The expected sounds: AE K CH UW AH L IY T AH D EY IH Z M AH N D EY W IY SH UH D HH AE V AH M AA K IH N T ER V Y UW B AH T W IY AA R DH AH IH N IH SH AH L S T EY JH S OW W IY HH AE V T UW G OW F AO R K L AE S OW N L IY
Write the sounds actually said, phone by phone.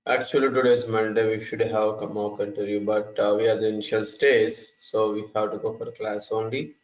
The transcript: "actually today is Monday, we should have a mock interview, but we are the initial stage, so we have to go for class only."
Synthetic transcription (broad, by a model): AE K CH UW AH L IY T AH D EY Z M AH N D EY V IY SH UH D HH AE V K M AA K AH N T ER Y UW B AH T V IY AA R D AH IH N IH SH AH L S T EY Z S OW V IY HH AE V T UW G OW F AO R K L AE S OW N L IY